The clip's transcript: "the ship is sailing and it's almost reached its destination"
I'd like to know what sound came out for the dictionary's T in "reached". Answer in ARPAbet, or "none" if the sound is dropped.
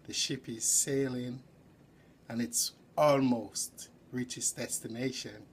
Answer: none